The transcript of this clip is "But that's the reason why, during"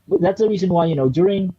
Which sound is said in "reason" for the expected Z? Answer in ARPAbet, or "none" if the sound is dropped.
Z